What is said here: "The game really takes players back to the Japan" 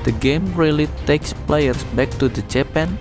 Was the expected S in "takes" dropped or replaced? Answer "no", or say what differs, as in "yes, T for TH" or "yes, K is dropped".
no